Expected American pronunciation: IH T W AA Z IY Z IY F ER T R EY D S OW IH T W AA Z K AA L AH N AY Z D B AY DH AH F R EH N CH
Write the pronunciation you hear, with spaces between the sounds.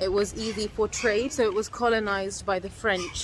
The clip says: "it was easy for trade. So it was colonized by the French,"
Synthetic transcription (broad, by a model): IH T W AA Z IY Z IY P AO T R EY D S OW IH T W AA Z K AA L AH N AY Z B AY DH AH F R EH N CH